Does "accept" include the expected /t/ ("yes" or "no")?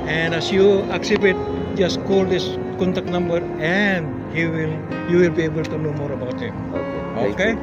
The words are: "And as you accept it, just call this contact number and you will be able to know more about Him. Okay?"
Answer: no